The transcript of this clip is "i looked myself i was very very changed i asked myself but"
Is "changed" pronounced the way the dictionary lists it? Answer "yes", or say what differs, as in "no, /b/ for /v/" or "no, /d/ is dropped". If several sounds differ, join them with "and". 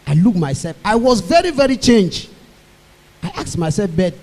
no, /d/ is dropped